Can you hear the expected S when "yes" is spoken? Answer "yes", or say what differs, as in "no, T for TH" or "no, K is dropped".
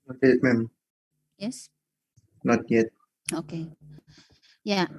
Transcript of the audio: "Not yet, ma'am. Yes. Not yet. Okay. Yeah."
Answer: yes